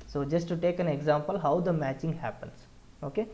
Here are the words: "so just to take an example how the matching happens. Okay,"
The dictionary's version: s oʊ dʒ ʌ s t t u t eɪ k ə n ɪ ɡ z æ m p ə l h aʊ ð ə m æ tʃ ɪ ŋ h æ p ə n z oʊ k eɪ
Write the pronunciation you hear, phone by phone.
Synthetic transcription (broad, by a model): s oʊ dʒ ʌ s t t u t eɪ k ə n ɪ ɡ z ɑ m p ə l h aʊ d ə m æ tʃ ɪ ŋ h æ p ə n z oʊ k eɪ